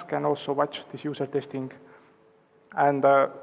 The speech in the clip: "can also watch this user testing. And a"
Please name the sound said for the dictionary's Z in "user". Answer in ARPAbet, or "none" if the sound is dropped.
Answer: S